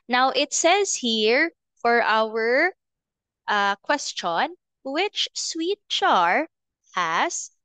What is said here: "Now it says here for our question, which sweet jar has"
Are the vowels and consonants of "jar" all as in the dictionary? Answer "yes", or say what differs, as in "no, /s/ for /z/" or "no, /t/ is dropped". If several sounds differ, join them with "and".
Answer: no, /tʃ/ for /dʒ/